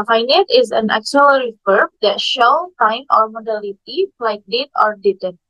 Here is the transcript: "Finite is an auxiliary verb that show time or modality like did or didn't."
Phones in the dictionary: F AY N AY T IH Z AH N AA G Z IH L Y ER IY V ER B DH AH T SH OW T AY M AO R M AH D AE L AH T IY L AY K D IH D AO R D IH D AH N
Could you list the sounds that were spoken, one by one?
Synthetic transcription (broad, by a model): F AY N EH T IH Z AH N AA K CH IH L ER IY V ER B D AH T SH OW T AY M AO R M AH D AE L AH T IY L AY K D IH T AO R D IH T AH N